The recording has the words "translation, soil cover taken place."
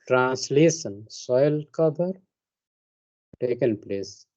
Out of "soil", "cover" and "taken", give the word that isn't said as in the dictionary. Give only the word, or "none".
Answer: cover